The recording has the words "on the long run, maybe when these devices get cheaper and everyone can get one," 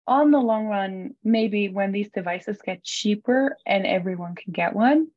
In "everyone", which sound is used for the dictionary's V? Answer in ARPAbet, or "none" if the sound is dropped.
V